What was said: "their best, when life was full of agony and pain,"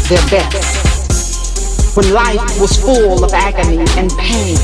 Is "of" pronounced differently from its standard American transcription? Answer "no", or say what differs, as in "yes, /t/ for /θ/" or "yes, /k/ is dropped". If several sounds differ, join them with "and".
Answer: no